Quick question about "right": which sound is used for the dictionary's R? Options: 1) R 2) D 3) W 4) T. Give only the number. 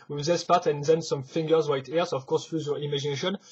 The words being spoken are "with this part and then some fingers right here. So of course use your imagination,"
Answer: 3